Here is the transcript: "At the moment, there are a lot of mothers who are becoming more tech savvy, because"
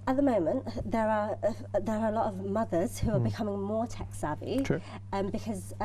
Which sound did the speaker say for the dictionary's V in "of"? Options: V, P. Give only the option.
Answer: V